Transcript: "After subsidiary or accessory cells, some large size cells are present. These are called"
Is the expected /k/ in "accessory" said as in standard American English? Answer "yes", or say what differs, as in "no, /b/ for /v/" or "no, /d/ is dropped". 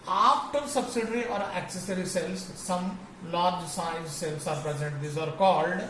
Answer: yes